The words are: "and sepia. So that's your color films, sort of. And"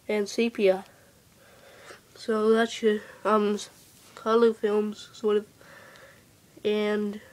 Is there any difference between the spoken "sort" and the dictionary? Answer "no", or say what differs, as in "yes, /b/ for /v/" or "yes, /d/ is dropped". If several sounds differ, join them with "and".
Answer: no